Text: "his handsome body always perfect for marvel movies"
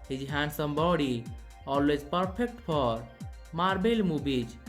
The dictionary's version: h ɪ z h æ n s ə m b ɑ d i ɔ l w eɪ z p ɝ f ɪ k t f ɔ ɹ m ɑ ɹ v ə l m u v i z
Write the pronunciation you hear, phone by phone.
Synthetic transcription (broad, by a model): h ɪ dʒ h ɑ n s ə m b ɑ d i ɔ l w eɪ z p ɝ p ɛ k t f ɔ ɹ m ɑ ɹ b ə l m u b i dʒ